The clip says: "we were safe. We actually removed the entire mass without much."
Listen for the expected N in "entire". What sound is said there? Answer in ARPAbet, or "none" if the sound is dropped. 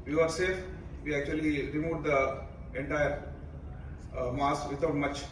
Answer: N